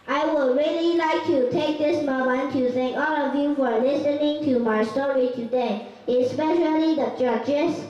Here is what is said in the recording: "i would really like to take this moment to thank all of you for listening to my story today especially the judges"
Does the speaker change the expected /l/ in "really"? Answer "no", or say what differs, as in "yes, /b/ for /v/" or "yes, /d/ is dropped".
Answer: no